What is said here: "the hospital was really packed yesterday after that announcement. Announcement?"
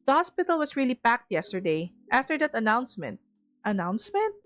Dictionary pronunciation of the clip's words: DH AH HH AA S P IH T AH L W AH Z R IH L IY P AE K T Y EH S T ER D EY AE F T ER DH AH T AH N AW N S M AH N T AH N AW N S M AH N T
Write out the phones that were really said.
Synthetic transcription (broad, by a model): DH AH HH AA S P IH T AH L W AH S R IH L IY P AE K T Y EH S T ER D EY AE F T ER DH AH T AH N AW N S M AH N T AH N AW N S M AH N T